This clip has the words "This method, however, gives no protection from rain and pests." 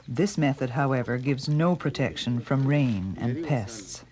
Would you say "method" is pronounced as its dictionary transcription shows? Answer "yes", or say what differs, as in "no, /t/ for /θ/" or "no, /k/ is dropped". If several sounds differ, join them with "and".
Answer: yes